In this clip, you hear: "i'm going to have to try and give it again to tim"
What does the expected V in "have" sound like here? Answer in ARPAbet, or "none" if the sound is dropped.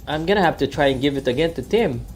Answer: F